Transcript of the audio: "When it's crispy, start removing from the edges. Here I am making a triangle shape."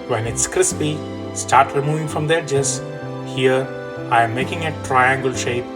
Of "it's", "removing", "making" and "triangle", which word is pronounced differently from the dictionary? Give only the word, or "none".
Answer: none